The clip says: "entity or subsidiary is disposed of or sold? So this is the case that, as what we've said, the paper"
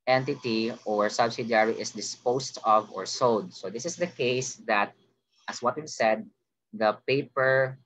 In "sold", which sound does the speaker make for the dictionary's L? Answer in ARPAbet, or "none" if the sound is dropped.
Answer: none